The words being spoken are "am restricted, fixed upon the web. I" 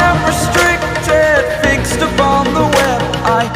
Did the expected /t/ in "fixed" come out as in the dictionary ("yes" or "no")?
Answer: yes